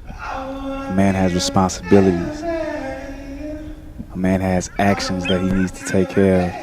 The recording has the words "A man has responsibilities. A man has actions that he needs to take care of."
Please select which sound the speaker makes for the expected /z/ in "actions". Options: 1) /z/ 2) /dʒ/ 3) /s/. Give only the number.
1